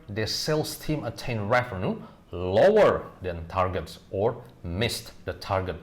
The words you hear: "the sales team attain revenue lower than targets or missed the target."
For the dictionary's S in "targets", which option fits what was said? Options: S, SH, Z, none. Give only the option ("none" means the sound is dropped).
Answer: S